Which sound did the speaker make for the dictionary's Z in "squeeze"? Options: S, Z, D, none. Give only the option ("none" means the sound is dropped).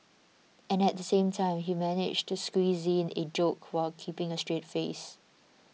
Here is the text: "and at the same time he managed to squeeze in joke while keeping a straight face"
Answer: Z